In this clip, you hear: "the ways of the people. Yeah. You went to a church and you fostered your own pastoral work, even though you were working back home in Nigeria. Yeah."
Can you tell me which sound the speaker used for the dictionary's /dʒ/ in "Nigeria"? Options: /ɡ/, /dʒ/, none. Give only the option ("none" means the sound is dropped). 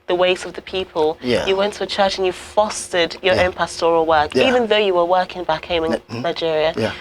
/dʒ/